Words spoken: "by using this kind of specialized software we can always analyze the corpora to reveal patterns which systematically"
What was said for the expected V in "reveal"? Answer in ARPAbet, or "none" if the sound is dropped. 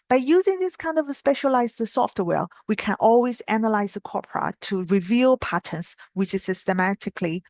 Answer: V